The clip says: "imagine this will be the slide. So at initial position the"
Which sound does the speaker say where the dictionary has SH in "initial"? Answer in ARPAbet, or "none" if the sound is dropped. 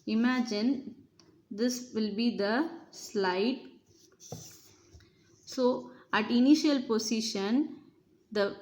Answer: SH